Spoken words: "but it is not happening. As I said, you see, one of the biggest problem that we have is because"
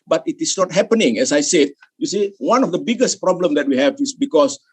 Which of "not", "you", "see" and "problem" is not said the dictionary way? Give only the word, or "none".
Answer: none